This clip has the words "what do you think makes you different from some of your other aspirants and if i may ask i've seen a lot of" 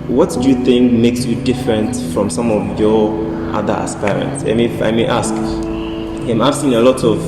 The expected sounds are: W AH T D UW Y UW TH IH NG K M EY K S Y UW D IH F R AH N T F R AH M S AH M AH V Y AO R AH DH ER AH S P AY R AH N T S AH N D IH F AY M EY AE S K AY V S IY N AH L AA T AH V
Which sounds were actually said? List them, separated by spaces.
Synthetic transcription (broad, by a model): W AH T D UW Y UW TH IH NG K M EY K S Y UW D IH F R AH N T F R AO M S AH M AH V Y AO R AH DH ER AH S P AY R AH N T S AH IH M IH F AY M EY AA S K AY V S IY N AH L AA T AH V